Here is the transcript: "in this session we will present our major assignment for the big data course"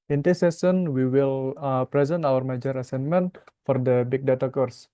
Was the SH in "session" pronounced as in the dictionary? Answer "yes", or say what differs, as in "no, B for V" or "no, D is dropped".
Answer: no, S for SH